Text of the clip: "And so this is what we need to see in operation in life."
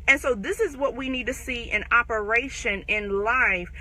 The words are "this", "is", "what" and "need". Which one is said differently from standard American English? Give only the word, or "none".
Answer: none